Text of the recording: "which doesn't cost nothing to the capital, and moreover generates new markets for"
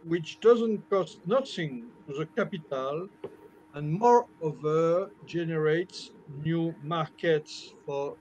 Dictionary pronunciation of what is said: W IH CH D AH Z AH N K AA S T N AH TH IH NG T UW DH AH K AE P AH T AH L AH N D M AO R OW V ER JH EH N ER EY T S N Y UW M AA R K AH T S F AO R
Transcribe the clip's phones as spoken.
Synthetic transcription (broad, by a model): W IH CH D AH Z AH N K AA S T N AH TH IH NG T UW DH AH K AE P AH T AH L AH N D M AO R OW V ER JH EH N ER EY T S N Y UW M AA R K AH T S F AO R